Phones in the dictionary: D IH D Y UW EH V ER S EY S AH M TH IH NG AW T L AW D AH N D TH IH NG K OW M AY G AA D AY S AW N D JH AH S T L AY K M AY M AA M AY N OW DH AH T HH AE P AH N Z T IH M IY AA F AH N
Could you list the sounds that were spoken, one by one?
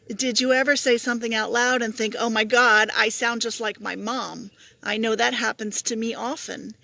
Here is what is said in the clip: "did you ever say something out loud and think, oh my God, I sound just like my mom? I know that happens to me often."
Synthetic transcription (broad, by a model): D IH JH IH EH V ER S EY S AH M TH IH NG AW T L AW D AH N TH IH NG K OW M AY G AA D AY S AW N D JH AH S T L AY K M AY M AA M AY N OW DH AH T HH AE P AH N Z T IH M IY AA F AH N